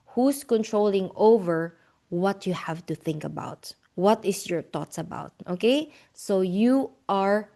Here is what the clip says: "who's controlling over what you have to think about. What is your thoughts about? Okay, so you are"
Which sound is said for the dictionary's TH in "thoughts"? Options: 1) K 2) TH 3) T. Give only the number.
3